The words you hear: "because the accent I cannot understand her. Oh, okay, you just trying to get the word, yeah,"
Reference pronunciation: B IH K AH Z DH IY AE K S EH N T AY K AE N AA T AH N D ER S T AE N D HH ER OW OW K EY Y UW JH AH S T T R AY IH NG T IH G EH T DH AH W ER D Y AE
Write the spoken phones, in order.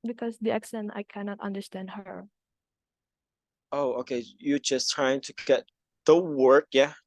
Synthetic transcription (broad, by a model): B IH K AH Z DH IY AE K S EH N T AY K AE N AA T AH N D ER S T AE N D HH ER OW OW K EY Y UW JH AH S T T R AY IH NG T IH G EH T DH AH W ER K Y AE